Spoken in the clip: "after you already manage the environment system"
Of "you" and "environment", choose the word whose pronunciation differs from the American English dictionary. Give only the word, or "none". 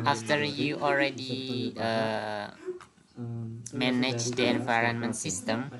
none